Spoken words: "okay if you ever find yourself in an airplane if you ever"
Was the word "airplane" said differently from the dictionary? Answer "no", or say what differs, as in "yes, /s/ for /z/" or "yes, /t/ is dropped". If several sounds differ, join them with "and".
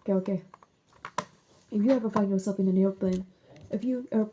yes, /l/ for /ɹ/